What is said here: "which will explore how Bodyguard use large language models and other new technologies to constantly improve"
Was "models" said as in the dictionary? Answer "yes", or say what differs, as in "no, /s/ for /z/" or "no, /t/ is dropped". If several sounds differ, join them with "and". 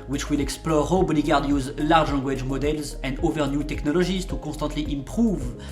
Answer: yes